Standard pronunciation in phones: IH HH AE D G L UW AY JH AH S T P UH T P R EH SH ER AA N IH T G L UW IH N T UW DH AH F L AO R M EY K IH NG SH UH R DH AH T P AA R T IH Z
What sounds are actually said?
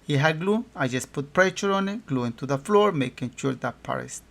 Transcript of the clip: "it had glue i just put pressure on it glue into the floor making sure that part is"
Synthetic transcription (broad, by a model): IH HH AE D G L UW AY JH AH S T P UH T P R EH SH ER AA N IH T G L UW IH N T UW DH AH F L AO R M EY K IH NG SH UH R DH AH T P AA R IH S